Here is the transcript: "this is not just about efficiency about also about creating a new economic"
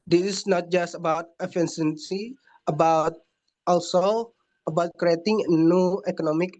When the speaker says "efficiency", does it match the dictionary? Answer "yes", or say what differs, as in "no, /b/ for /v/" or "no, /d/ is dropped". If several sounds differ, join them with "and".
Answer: no, /s/ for /ʃ/